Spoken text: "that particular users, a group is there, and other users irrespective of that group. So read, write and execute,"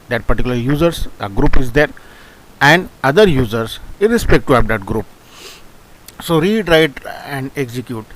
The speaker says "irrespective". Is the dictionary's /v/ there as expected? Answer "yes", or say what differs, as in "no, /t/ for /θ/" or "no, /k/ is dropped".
no, /v/ is dropped